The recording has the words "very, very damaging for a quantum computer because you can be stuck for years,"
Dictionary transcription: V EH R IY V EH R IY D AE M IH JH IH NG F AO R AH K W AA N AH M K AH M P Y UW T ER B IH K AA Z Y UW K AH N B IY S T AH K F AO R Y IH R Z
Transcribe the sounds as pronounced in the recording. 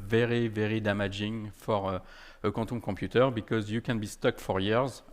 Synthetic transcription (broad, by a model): V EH R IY V EH R IY D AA M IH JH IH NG F AO R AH K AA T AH K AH P Y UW T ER B IH K AA Z Y UW K AH N B IY S T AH K F AO R Y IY R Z